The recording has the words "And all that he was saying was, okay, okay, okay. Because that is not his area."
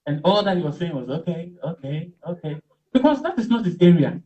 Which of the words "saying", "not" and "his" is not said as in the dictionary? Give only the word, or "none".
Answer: his